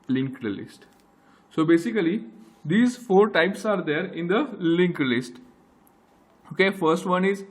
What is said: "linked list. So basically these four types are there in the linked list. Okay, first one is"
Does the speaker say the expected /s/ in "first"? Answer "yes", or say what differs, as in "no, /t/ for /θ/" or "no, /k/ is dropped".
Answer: yes